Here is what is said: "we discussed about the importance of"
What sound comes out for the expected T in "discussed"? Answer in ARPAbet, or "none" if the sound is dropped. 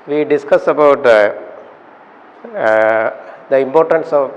none